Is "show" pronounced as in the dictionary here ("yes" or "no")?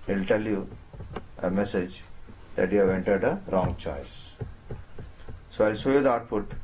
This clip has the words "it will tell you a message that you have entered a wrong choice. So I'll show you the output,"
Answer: no